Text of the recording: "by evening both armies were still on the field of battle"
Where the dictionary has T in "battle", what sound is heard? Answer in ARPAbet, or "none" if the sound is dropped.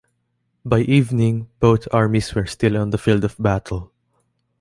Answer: T